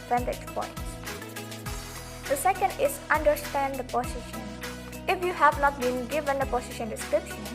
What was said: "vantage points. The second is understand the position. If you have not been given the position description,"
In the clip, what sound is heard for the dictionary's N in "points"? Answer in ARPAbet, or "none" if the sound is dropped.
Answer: none